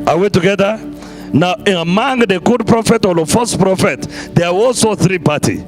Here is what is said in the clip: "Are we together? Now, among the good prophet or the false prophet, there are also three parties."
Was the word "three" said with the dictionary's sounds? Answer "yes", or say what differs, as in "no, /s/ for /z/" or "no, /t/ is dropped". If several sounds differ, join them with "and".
yes